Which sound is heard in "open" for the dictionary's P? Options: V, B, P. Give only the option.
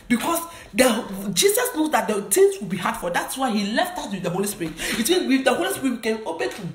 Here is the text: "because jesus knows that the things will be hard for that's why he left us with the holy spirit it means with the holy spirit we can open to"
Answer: B